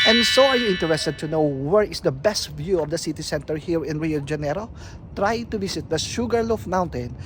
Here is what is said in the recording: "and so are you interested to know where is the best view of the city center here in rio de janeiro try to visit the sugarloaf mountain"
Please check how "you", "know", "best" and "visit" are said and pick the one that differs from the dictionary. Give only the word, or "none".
visit